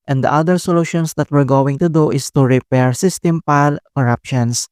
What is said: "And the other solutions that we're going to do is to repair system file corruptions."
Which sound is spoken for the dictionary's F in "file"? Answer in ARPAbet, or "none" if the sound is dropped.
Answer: P